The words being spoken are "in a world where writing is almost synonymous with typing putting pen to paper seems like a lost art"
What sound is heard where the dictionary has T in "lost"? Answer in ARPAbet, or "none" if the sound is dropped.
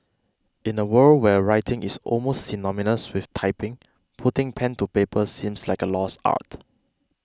none